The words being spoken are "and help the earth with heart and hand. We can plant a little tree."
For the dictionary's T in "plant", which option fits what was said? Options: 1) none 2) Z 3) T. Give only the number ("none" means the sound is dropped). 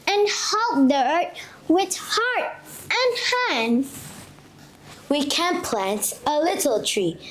3